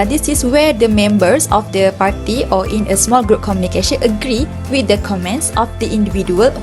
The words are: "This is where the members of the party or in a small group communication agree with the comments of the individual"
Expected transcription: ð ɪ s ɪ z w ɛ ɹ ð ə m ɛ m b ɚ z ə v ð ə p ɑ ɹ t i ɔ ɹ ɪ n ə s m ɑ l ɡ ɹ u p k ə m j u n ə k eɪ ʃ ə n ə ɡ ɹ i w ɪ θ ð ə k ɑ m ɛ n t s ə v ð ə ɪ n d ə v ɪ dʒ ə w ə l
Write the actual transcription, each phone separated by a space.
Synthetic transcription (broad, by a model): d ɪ s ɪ s w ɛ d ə m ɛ m b ɚ s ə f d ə p ɑ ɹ t i ɔ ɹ ɪ n ə s m ɑ l ɡ ɹ u p k ə m j u n ə k eɪ ʃ ə n ə ɡ ɹ i w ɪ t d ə k ɑ m ɛ n t s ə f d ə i n d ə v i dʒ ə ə l